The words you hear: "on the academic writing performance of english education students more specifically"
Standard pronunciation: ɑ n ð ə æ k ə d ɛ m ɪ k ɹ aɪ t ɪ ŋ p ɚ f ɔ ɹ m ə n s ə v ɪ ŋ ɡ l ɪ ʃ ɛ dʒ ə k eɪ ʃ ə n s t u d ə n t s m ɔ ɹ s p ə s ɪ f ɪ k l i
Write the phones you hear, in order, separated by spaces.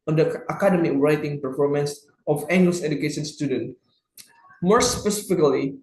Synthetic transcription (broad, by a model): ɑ n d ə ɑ k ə d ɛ m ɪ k ɹ aɪ t ɪ ŋ p ɚ f ɔ ɹ m ə n s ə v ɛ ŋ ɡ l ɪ s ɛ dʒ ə k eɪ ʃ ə n s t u d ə n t m ɔ ɹ s p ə s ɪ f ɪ k l i